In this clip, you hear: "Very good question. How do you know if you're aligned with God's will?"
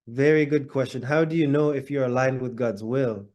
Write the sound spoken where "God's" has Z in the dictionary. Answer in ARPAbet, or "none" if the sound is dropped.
Z